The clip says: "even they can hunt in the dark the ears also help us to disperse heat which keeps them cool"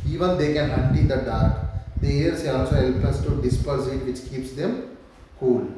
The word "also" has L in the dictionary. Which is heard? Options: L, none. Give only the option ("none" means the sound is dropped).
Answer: none